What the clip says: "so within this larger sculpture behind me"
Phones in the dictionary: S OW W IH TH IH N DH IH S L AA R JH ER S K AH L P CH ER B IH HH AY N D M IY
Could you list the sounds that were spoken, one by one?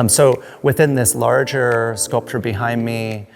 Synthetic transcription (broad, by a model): S OW W IH TH IH N DH IH S L AA R JH ER S K AH L P CH ER B IH HH AY N D M IY